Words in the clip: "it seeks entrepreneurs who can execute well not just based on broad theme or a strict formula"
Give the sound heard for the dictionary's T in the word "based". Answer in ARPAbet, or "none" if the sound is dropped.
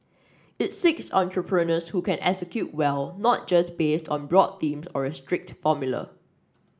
T